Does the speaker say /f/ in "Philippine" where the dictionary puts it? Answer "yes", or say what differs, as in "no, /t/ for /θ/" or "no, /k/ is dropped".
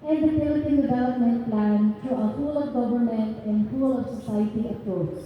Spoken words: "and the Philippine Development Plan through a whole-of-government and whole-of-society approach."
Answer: no, /p/ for /f/